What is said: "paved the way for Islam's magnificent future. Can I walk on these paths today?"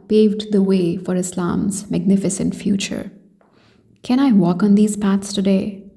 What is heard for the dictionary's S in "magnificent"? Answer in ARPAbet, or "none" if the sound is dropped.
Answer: S